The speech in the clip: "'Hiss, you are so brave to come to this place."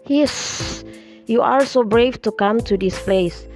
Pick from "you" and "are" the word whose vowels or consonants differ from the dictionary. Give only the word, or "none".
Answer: are